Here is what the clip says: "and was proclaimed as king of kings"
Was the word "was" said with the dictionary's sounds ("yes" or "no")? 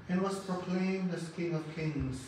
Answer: no